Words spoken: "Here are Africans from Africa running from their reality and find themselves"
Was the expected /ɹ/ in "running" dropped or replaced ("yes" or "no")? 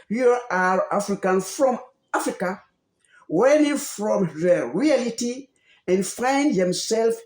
yes